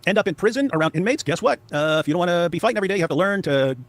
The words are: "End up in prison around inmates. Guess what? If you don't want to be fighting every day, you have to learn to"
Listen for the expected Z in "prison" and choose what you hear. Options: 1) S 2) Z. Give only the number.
2